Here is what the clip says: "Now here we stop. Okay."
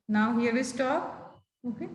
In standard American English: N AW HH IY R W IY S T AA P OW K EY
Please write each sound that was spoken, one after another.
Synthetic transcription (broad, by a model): N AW HH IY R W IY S T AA OW K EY